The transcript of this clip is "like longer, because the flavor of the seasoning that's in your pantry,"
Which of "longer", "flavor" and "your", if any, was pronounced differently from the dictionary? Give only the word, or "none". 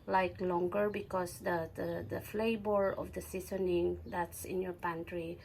flavor